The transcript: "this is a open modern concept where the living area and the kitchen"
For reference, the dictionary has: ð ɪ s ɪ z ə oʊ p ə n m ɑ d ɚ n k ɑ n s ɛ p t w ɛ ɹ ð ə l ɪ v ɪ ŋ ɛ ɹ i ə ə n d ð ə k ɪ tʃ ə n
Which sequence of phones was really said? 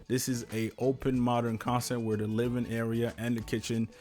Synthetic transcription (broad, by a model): ð ɪ s ɪ z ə oʊ p ə n m ɑ d ɚ n k ɑ n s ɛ t w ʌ ɹ ð ə l ɪ v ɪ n ɛ ɹ i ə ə n ð ə k ɪ tʃ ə n